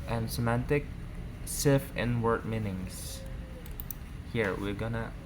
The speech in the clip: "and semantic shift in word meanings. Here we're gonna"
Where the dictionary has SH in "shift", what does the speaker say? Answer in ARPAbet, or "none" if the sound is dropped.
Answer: S